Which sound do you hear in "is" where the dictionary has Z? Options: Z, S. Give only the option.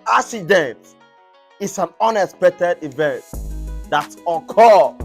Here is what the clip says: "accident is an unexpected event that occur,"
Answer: S